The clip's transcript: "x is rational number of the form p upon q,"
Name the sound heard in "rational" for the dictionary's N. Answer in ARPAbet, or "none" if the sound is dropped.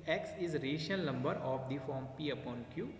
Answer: none